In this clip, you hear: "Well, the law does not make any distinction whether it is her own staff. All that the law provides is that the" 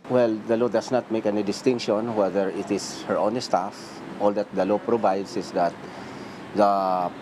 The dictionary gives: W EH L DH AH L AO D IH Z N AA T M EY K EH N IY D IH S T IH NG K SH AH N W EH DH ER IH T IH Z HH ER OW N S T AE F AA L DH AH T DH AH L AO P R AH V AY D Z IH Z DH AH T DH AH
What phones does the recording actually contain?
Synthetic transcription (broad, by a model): W EH L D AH L AO D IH S N AA T M EY K EH N IY D IH S T IH NG K SH AH N W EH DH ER IH T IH S HH ER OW N S T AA F AA L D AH T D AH L AO P R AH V AY D S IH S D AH T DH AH